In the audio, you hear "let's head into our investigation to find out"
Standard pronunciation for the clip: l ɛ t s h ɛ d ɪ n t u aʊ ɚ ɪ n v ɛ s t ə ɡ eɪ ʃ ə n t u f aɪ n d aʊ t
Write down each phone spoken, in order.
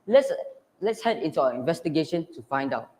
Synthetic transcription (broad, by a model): l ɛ t s h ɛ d ɪ n t u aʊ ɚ ɪ n v ɛ s t ə ɡ eɪ ʃ ə n t u f aɪ n d aʊ t